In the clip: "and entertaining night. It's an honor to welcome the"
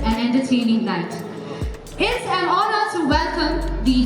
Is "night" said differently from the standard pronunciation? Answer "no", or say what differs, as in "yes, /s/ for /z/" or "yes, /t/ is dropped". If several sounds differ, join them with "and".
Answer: yes, /l/ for /n/